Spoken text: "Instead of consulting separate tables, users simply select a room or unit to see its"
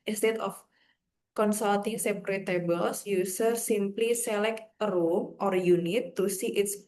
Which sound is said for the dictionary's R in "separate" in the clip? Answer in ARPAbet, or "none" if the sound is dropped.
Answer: R